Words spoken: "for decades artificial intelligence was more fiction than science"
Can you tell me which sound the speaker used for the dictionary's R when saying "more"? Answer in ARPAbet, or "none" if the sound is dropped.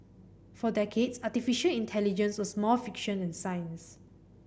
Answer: L